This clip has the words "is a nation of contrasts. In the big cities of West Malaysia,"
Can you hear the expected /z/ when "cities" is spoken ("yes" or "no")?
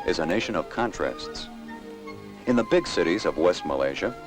yes